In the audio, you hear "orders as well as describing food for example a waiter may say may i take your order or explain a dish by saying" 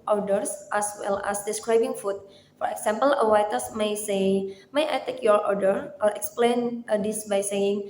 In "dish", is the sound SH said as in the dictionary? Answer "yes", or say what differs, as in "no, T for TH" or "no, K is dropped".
no, S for SH